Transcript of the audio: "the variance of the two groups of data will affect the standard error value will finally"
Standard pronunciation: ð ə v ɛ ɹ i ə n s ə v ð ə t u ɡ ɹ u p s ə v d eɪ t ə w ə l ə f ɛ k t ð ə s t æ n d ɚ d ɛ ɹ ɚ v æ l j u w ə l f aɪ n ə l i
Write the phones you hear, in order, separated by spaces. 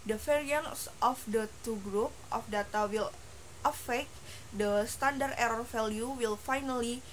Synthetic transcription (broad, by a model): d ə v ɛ ɹ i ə n s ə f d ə t u ɡ ɹ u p ə f d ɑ t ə w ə l ə f ɛ k t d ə s t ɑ n d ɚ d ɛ ɹ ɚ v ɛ l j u w ə l f aɪ n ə l i